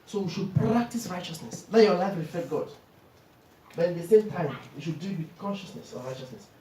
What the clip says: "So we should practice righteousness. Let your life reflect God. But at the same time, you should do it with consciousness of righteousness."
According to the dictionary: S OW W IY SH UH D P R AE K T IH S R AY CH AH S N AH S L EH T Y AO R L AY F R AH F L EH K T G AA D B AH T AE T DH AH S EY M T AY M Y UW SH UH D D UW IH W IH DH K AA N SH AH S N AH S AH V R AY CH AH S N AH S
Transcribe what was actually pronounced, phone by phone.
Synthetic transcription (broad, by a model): S OW W IY SH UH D P R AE K T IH S R AY CH AH S N AH S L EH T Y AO L AY F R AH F EH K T G AA D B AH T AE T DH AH S EY M T AY M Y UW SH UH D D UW IH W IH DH K AA N SH AH S N AH S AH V R AY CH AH S N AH S